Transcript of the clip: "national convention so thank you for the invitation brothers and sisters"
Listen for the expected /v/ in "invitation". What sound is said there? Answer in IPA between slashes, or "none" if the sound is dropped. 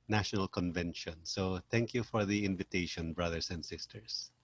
/v/